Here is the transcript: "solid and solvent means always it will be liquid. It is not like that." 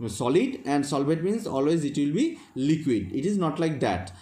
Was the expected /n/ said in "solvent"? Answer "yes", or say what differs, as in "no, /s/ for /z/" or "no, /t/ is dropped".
no, /n/ is dropped